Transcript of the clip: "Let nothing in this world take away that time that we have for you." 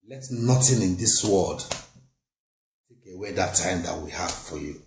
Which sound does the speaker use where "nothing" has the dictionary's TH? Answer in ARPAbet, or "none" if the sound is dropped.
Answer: T